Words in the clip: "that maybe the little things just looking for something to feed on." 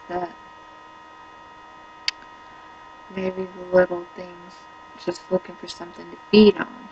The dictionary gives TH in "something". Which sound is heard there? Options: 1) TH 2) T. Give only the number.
1